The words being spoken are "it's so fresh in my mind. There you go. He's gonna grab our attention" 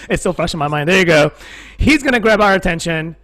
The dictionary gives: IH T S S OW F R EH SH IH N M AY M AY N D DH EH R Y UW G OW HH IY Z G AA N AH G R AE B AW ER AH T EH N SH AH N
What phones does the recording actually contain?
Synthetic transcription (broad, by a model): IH T S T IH F R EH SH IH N M AY M AY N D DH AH R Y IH G OW HH IY Z G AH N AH G R AE B AW ER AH T EH N SH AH N